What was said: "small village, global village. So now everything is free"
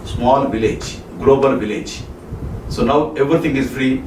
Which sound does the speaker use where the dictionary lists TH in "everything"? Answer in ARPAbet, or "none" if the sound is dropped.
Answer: T